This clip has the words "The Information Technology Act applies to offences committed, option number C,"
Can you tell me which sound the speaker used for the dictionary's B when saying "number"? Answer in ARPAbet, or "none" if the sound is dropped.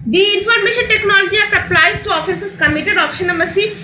none